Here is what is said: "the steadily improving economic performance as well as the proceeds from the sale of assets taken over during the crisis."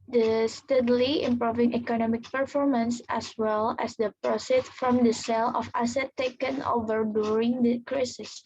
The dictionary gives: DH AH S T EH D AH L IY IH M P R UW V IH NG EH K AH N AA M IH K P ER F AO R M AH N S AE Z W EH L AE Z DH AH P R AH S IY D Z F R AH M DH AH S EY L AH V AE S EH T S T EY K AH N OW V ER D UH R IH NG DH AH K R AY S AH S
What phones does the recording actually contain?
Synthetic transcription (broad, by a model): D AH S T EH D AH L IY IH M P R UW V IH NG EH K AH N AA M IH K P ER F AO R M AH N S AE S W EH L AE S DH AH P R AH S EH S F R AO M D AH S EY L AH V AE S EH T T EY K AH N OW V ER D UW R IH NG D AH K R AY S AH S